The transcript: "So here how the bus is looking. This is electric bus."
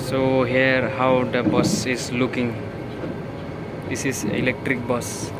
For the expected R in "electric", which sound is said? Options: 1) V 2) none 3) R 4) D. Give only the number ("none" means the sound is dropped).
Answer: 3